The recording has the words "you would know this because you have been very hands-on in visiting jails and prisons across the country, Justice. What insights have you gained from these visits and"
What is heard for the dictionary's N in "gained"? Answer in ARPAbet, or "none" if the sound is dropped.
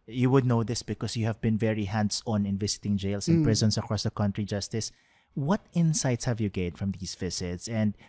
none